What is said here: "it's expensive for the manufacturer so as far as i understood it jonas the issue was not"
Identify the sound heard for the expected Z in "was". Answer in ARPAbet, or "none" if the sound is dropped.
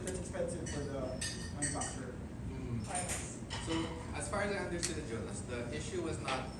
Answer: Z